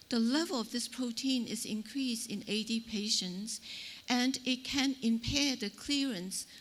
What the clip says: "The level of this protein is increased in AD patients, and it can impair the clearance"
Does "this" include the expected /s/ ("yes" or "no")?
yes